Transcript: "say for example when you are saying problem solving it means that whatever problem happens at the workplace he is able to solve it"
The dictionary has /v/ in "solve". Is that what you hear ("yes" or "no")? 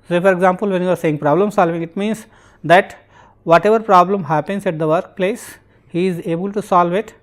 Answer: yes